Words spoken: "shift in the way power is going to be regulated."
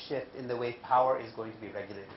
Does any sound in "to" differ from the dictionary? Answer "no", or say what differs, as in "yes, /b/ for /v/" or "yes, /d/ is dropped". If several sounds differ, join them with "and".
no